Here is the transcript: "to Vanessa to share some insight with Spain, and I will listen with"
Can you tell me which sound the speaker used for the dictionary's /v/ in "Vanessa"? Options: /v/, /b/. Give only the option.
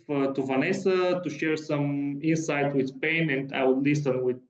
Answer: /v/